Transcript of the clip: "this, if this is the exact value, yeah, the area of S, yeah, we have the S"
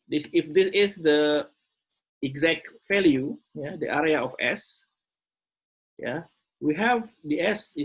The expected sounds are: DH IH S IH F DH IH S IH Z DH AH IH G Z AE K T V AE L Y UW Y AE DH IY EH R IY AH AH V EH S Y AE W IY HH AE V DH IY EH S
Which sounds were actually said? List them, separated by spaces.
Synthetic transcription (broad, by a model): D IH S IH F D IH S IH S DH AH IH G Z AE K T F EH L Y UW Y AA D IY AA R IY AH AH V EH S Y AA W IY HH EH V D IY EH S